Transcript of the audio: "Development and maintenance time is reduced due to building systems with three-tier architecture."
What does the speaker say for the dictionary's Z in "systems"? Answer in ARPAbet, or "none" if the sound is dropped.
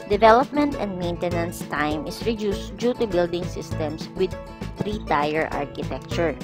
S